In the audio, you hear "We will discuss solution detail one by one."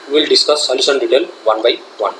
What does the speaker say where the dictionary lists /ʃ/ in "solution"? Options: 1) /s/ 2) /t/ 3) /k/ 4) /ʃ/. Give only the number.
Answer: 1